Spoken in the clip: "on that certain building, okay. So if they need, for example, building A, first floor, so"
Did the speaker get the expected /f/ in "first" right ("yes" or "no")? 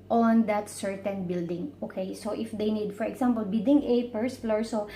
no